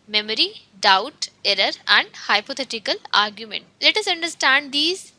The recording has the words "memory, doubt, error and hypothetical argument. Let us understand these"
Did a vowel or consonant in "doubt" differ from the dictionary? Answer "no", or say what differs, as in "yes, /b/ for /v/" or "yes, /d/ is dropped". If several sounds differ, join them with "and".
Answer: no